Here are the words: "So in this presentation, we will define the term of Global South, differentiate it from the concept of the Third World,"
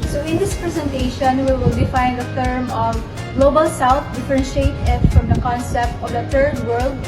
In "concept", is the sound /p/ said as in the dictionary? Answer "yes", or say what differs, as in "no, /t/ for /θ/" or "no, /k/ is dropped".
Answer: yes